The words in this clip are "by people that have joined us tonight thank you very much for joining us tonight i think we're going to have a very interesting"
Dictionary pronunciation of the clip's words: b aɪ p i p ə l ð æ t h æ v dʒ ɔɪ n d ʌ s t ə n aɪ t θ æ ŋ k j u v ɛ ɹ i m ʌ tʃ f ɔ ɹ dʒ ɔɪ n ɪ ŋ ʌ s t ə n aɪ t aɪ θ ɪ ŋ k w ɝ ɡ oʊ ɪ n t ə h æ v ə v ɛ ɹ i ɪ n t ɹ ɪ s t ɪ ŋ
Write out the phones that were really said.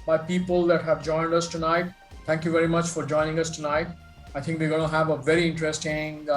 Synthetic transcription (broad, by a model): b aɪ p i p ə l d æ t h æ v dʒ ɔɪ n d ʌ s t ə n aɪ t t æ ŋ k j u v ɛ ɹ i m ʌ tʃ f ɔ ɹ dʒ ɔɪ n ɪ ŋ ʌ s t ə n aɪ t aɪ t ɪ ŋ k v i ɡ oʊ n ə h æ v ə v ɛ ɹ i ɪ n t ɹ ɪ s t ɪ ŋ